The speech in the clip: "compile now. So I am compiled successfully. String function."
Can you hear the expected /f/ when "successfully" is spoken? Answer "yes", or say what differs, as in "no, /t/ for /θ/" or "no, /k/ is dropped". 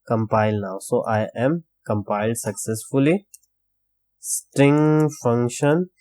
yes